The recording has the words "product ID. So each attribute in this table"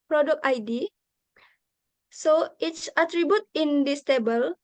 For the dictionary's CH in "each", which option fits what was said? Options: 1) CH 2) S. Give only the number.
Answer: 2